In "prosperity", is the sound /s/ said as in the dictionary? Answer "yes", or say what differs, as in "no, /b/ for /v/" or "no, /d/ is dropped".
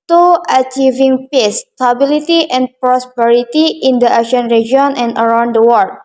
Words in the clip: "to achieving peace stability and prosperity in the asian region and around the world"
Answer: yes